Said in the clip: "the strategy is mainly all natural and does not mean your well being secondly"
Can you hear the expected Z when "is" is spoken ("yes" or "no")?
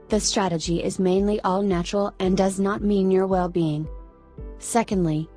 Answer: yes